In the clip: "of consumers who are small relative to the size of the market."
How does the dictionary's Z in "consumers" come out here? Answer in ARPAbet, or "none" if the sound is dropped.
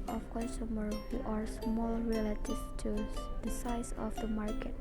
none